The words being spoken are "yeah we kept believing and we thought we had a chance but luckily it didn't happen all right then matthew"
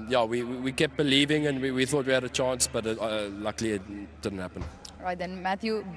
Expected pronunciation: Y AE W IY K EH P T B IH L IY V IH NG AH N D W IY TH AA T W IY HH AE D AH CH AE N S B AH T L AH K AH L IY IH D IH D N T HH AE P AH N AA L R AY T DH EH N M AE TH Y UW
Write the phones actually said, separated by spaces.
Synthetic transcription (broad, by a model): Y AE W IY K EH P B IH L IY V IH NG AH N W W IY TH AA T W IY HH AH D AH CH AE N S B AH T L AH K L IY IH D IH D N T HH AE P AH N R AY T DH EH N M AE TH Y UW